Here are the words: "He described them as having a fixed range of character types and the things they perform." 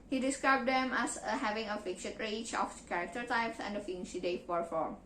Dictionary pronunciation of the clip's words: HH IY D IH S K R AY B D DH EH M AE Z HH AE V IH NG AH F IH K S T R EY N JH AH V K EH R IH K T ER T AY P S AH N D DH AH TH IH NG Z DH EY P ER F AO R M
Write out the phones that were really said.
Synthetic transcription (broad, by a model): HH IY D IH S K R AY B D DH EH M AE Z HH AE V IH NG AH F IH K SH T R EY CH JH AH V K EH R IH K T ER T AY P S AH N D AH F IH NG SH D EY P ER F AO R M